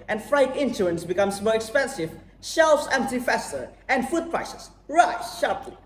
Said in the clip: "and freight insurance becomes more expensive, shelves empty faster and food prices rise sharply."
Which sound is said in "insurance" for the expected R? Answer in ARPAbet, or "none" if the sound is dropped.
none